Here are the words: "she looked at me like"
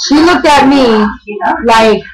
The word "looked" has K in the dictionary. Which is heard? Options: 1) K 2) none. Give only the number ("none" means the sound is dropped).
2